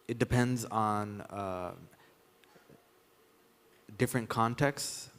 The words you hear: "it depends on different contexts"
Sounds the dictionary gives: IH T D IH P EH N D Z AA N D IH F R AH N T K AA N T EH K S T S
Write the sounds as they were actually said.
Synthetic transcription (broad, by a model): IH T D IH P EH N D Z N D IH F R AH N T K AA N T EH K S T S